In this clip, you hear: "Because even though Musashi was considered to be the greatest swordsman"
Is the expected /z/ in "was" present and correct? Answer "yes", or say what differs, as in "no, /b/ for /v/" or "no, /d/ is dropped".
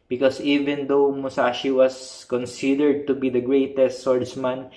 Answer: no, /s/ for /z/